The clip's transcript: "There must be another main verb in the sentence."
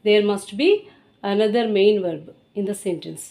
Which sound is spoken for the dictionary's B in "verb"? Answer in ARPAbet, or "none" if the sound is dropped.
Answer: B